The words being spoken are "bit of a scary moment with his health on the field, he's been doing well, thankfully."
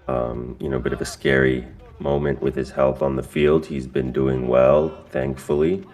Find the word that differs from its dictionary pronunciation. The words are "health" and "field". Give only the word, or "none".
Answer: none